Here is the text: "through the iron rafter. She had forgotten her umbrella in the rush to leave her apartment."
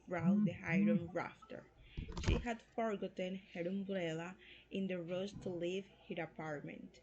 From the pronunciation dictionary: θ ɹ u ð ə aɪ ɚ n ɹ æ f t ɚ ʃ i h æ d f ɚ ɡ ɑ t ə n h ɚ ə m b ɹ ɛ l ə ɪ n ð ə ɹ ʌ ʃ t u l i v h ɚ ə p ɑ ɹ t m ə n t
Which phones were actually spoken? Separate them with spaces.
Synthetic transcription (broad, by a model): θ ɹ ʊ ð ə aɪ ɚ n ɹ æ f t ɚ ʃ i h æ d f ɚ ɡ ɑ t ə n h ɚ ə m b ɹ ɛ l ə ɪ n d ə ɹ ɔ s t u l i v h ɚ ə p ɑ ɹ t m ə n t